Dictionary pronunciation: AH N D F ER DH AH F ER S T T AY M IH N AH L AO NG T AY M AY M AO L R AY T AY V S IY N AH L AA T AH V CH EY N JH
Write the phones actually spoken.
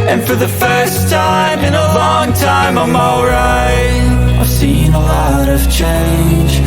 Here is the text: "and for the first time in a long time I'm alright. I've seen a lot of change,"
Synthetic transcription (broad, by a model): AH N F ER DH AH F ER S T T AY M IH N AH L AO NG T AY M AY M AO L R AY AY V S IY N AH L AA T AH V CH EY N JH